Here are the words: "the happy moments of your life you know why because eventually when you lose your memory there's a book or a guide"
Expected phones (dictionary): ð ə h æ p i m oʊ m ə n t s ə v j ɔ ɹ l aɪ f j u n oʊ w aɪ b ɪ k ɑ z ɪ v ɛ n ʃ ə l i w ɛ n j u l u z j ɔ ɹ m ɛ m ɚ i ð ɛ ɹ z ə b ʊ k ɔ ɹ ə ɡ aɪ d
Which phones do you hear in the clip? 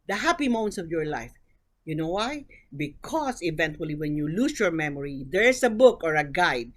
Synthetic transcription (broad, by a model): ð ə h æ p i m oʊ m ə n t s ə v j ɔ ɹ l aɪ f j u n oʊ w aɪ b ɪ k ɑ s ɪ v ɛ n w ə l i w ɛ n j u l u s j ɔ ɹ m ɛ m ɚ i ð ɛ ɹ s ə b ʊ k ɔ ɹ ə ɡ aɪ d